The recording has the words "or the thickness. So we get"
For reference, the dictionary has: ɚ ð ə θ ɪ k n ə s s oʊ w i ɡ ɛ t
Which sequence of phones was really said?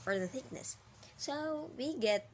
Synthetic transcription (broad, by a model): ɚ ð ə θ ɪ k n ə s s oʊ w i ɡ ɛ t